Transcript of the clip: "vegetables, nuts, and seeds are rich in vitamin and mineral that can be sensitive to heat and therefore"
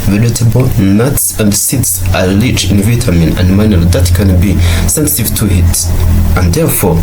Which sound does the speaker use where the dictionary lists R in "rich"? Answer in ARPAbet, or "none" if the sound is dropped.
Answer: L